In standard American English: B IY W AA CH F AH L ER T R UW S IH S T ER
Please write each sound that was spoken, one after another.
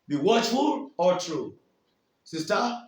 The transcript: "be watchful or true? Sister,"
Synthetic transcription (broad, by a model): B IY W AA CH F AH L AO T R UW S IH S T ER